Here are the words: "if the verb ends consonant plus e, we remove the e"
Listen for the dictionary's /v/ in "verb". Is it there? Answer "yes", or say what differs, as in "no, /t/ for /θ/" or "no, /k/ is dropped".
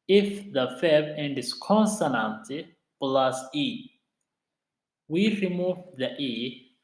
no, /f/ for /v/